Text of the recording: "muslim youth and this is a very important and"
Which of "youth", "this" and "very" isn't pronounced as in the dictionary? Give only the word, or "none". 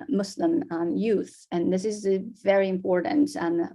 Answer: none